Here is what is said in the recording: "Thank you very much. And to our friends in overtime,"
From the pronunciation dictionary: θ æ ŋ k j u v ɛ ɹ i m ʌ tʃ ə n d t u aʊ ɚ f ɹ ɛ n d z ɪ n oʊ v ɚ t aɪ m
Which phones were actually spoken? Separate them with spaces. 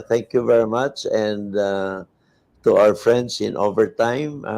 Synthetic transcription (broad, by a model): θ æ ŋ k j u v ɛ ɹ i m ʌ tʃ ə n d t u aʊ ɚ f ɹ ɛ n d s ɪ n oʊ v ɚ t aɪ m